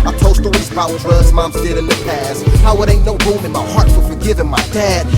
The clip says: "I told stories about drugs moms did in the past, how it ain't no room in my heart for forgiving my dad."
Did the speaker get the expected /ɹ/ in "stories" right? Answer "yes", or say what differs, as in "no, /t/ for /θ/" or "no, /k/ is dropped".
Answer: no, /l/ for /ɹ/